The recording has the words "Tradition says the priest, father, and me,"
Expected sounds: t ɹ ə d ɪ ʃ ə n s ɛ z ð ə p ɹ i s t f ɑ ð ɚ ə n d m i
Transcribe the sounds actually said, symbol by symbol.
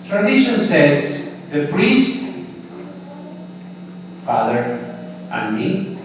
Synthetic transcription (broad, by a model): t ɹ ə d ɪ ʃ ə n s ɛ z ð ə p ɹ i s t f ɑ ð ɚ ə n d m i